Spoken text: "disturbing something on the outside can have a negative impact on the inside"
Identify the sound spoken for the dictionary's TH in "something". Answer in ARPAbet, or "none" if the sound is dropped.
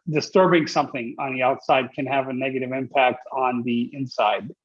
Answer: TH